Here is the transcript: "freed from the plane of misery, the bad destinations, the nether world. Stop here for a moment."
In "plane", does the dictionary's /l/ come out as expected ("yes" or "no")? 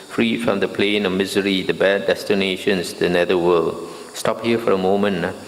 yes